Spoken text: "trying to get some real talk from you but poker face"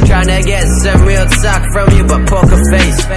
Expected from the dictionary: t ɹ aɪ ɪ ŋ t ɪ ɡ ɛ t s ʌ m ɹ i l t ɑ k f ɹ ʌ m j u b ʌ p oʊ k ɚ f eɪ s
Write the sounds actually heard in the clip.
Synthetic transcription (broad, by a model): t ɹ aɪ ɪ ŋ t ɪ ɡ ɛ t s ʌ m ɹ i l s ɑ k f ɹ ʌ m j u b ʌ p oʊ k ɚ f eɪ s